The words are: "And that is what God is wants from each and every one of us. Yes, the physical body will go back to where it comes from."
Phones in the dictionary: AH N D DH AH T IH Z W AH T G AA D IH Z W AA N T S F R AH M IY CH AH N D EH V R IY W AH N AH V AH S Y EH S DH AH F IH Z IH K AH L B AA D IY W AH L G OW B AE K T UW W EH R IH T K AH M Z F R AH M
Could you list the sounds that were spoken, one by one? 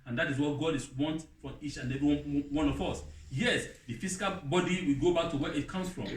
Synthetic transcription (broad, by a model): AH N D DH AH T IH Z W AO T G AA D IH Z W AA N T F R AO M IY CH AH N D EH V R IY W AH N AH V AH S Y EH S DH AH F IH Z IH K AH L B AA D IY W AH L G OW B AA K T UW W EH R IH T K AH M S F R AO M